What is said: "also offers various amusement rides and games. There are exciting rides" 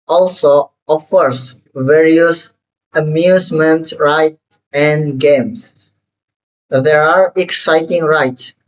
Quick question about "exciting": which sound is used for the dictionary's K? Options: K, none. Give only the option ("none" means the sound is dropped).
K